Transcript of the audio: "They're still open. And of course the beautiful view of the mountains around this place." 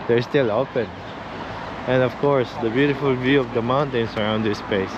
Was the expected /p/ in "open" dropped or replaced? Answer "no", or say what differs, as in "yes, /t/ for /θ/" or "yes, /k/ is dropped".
no